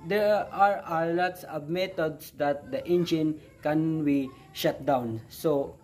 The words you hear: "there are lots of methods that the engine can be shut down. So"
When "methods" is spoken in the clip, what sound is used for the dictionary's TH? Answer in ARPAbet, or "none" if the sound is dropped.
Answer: T